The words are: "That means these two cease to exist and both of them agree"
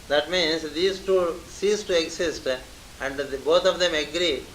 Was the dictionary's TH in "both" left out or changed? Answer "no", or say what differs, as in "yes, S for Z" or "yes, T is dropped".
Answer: yes, T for TH